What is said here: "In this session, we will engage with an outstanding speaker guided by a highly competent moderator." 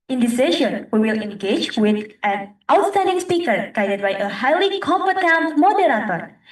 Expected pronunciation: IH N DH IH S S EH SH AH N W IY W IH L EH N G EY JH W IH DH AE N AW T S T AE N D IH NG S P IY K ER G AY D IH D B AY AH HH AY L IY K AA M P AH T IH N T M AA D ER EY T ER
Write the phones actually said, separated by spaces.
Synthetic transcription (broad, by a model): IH N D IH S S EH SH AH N W IY W IH L EH N G EY JH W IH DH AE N AW T S T AE N D IH NG S P IY K ER G AY D IH D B AY AH HH AY L IY K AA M F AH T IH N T M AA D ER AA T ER